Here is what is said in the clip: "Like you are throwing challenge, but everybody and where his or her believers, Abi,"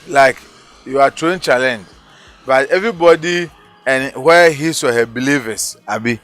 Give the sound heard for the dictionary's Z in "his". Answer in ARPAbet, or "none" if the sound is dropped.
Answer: S